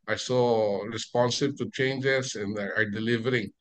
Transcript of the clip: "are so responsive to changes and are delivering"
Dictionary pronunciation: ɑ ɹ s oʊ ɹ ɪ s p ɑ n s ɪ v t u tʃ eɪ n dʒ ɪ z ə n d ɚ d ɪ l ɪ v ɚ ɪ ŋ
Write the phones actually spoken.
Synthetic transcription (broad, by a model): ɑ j s oʊ ɹ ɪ s p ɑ n s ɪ b t u tʃ eɪ n dʒ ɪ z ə n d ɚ d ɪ l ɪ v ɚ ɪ ŋ